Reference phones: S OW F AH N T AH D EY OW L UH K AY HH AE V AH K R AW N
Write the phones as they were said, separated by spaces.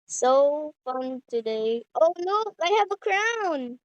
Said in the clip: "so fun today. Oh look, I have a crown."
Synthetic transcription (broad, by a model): S OW F AH N T AH D EY OW N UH AY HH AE V AH K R AW N